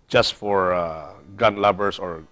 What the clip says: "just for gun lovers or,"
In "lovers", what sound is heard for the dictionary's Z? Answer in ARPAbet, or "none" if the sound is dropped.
S